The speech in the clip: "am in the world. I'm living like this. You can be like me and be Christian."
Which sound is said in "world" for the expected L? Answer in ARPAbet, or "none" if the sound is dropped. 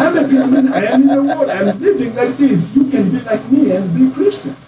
W